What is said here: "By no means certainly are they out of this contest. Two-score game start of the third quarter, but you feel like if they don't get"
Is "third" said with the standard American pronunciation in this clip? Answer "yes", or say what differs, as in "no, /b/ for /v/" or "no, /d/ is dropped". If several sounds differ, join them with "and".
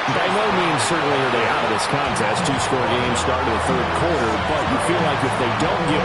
yes